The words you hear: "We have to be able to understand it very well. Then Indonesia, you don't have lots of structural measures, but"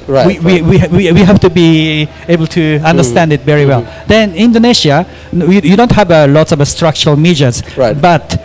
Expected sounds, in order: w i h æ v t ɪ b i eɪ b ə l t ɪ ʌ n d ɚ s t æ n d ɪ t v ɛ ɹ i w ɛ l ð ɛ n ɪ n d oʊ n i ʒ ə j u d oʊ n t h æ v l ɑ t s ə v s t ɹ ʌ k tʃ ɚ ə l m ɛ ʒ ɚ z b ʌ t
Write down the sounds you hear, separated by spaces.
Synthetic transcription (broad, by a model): w i h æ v t ɪ b i eɪ b ə l t ɪ ʌ n d ɚ s t æ n d ɪ t v ɛ ɹ i w ɛ l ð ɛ n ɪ n d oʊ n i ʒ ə j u d oʊ n t h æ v l ɑ t s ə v s t ɹ ʌ k tʃ ɚ ə l m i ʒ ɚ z b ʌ t